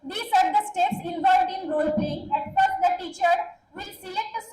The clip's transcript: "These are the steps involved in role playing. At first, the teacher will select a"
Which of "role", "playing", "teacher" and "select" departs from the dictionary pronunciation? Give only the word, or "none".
select